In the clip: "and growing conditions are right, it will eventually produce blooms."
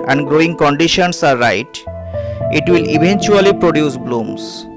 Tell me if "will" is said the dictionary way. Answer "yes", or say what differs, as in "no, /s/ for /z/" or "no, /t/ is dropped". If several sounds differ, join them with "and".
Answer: yes